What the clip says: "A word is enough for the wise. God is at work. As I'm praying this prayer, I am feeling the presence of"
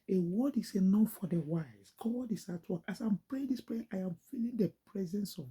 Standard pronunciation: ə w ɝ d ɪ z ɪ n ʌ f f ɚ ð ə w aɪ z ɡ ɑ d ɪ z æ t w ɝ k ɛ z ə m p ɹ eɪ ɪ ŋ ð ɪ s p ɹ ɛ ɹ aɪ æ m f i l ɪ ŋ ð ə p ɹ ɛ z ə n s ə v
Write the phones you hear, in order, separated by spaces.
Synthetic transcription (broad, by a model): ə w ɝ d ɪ s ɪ n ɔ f f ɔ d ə w aɪ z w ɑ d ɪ s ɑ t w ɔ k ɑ s ə m p ɹ eɪ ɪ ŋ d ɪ s p ɹ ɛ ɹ aɪ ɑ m f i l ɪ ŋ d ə p ɹ ɛ z ə n s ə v